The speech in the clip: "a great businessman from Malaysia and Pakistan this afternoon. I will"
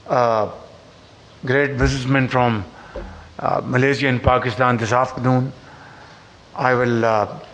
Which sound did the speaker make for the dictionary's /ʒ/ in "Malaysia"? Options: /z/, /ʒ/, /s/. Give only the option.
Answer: /z/